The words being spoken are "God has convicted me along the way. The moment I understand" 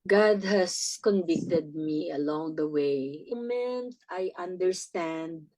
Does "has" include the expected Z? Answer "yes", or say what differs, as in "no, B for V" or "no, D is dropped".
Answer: no, S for Z